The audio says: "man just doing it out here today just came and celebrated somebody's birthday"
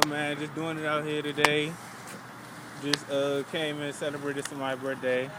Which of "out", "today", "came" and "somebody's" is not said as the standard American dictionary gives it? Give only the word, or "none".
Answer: somebody's